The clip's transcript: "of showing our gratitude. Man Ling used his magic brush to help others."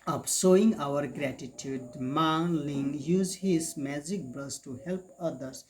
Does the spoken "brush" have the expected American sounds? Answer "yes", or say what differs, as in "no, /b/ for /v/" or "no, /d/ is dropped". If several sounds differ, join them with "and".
no, /s/ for /ʃ/